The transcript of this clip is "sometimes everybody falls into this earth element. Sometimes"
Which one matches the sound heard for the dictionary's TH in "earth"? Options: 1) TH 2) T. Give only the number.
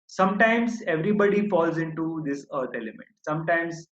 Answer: 2